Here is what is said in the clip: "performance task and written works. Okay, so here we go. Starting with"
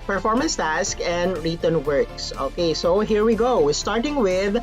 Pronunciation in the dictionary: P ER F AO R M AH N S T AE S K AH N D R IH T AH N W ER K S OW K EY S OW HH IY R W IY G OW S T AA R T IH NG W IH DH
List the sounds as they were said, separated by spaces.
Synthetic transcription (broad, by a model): P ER F AO R M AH N S T AE S K AH N D R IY T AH N W ER K S OW K EY S OW HH IY R W IY G OW S T AA R T IH NG W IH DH